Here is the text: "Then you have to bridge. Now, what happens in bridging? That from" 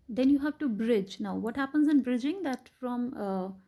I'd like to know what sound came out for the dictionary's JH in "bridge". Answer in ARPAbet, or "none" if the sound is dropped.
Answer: JH